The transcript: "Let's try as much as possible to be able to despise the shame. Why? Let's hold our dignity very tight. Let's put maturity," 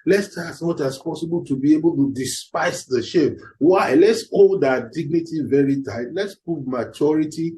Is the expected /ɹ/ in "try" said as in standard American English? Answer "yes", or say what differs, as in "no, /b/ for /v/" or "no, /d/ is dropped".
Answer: no, /ɹ/ is dropped